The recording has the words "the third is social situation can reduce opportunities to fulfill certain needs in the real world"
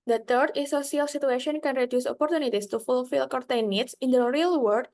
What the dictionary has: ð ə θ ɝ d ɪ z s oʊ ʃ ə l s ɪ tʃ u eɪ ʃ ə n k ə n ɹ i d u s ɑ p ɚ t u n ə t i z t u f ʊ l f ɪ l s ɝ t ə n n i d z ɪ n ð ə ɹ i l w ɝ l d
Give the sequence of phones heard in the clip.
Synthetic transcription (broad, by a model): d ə t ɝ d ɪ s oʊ s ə l s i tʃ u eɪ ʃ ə n k ə n ɹ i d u s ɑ p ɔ t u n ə t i s t u f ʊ l f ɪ l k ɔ t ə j n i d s ɪ n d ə ɹ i l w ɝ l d